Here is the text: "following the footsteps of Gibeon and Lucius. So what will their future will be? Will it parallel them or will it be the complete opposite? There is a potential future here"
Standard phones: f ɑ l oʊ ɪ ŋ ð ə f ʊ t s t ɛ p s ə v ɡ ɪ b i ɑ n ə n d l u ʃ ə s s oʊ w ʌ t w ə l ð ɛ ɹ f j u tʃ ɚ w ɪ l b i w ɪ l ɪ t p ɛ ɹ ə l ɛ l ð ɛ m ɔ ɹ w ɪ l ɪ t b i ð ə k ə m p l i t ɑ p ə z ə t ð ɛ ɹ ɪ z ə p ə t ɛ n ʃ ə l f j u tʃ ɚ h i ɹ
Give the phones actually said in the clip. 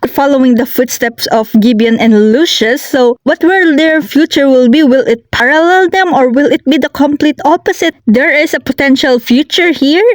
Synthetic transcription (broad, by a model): f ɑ l oʊ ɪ ŋ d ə f ʊ t s t ɛ p s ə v ɡ ɪ b i ɑ n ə n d l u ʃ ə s s oʊ w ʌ t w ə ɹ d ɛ ɹ f j u tʃ ɚ w ɪ l b i w ɪ l ɪ t p ɛ ɹ ə l ɛ l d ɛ m ɔ ɹ w ɪ l ɪ t b i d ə k ə m p l i t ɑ p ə s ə t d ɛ ɹ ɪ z ə p ə t ɛ n ʃ ə l f j u tʃ ɚ h i ɹ